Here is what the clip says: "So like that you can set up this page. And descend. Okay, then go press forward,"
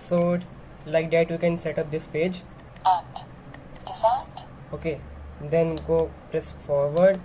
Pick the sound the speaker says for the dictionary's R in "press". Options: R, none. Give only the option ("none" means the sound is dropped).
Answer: R